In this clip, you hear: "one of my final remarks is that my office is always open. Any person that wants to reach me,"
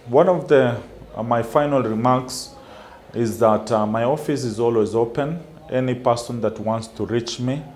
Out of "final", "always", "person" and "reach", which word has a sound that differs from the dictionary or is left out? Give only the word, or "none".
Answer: none